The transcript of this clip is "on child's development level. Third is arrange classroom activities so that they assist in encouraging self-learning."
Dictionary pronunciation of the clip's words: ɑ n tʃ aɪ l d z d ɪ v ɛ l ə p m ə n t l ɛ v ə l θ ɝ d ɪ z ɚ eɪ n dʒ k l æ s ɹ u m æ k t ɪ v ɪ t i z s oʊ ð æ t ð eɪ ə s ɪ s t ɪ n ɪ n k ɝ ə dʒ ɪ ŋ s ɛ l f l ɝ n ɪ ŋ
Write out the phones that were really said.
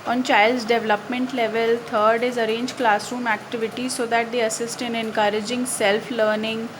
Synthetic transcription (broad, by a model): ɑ n tʃ aɪ l d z d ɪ v l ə p m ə n t l ɛ v ə l t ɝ d ɪ z ɚ eɪ n dʒ k l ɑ s ɹ u m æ k t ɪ v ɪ t i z s oʊ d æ t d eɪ ə s ɪ s t ɪ n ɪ n k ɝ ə dʒ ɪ ŋ s ɛ l f l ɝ n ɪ ŋ